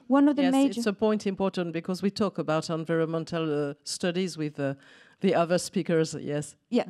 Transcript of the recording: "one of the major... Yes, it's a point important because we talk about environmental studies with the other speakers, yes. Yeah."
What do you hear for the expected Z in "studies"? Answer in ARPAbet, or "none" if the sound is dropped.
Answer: Z